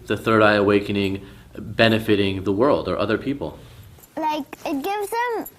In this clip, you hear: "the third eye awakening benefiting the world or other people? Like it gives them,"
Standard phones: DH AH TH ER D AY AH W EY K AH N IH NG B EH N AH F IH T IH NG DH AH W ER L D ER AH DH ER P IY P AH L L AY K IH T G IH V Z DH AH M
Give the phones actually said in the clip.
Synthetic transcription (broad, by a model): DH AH TH ER D AY AH W EY K AH N IH NG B EH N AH F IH T IH NG DH AH W ER L D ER AH DH ER P IY P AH L L AY K IH T G IH V Z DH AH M